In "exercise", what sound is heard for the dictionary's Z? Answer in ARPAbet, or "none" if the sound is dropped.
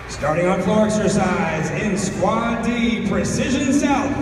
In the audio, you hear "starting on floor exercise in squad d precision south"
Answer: Z